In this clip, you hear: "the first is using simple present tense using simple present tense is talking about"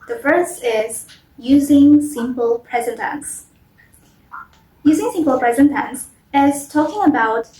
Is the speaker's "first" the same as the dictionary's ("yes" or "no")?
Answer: no